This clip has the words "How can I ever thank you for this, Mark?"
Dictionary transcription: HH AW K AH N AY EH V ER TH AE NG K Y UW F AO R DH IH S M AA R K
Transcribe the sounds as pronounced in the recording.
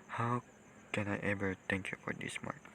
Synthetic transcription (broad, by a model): HH AW K AH N AY EH V ER T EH NG K Y UW F AO R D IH S M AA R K